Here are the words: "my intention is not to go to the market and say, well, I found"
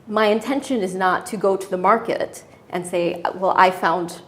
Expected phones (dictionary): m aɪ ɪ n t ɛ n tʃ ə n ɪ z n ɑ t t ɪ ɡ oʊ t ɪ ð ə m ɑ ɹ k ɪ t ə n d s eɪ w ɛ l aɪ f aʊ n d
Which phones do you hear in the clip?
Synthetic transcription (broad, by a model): m aɪ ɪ n t ɛ n ʃ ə n ɪ z n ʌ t t ɪ ɡ oʊ t ɪ ð ə m ɑ ɹ k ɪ t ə n s eɪ w ɛ l aɪ f aʊ n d